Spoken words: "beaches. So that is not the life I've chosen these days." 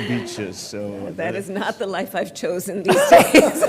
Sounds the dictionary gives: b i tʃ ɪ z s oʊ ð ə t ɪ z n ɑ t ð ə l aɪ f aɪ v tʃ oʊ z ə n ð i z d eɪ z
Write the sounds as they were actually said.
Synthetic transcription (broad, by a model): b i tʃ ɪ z s oʊ ð ə t ɪ z n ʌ t ð ə l aɪ f aɪ v tʃ oʊ z ə n ð i z d eɪ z